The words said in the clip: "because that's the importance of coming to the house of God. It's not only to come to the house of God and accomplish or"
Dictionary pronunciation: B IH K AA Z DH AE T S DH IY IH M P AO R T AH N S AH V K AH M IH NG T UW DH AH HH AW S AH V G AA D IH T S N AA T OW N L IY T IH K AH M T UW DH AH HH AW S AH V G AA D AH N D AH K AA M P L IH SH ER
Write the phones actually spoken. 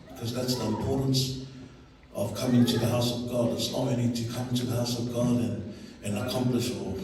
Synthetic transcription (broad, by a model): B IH K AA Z DH AE T S DH IY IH M P AO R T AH N S AH V K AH M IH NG T UW DH AH HH AW S AH V G AA D IH T S L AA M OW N IY T IH K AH M T UW DH AH HH AW S AH V G AA D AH N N AH K AA M P L IH SH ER